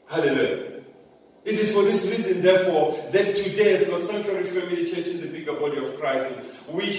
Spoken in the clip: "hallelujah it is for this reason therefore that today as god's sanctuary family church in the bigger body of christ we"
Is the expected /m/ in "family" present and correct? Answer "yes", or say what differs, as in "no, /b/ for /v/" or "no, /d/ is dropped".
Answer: no, /m/ is dropped